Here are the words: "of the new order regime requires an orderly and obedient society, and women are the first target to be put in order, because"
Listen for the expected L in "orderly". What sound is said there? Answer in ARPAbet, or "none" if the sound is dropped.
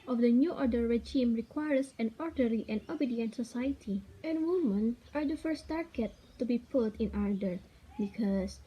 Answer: none